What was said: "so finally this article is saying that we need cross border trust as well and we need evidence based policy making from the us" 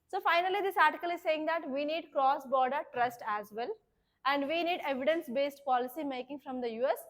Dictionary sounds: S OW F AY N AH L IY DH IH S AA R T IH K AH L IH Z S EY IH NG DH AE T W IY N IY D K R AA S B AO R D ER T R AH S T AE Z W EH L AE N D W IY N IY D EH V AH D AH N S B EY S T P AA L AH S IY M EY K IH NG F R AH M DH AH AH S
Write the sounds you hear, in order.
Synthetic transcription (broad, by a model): S OW F AY N AH L IY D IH S AA R T IH K AH L IH Z S EY IH NG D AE T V IY N IY D K R AA S B AO R D ER T R AH S T AE Z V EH L AE N D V IY N IY D EH V AH D AH N S B EY S T P AA L AH S IY M EY K IH NG F R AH M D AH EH S